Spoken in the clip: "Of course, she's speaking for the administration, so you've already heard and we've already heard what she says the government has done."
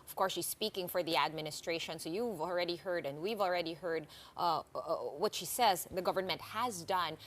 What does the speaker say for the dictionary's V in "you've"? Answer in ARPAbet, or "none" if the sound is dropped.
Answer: V